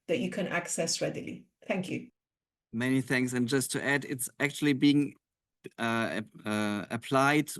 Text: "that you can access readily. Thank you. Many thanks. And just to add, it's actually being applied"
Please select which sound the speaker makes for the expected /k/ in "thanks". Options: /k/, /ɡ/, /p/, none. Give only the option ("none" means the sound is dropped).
none